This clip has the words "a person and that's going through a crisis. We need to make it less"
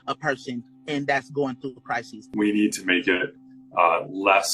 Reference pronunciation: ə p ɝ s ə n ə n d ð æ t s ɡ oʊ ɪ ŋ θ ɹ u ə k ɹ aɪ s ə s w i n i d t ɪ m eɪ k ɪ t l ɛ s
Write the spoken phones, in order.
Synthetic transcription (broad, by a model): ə p ɝ s ə n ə n ð æ t s ɡ oʊ ɪ ŋ θ ɹ u ə k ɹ aɪ s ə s w i n i d t ɪ m eɪ k ɪ t l ɛ s